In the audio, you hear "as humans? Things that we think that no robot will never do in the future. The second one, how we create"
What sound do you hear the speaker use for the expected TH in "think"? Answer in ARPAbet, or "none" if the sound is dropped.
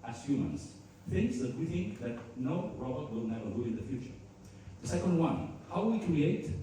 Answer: TH